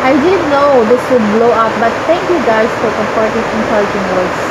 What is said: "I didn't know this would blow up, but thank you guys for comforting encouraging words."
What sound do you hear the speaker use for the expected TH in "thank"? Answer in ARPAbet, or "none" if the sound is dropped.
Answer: T